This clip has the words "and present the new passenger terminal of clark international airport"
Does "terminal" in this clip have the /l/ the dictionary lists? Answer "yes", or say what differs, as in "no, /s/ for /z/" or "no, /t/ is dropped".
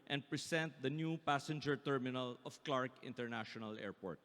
yes